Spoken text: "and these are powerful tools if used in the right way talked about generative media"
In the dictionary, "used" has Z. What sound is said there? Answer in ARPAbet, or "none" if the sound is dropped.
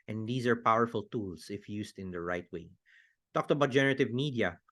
S